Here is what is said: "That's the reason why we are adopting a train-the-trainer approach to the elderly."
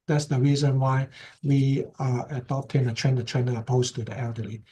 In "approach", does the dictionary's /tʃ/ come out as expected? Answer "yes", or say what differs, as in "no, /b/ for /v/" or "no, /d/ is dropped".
no, /s/ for /tʃ/